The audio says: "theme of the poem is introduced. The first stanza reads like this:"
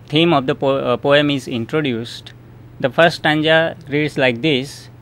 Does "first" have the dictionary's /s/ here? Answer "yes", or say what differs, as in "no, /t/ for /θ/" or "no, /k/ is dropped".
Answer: no, /s/ is dropped